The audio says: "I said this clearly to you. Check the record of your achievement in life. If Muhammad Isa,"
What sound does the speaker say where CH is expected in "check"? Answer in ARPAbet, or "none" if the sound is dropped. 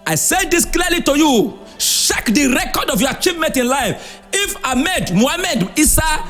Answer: SH